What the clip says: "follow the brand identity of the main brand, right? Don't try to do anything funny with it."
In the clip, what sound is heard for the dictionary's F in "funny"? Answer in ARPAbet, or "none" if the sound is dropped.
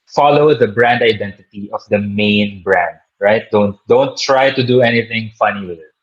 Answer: F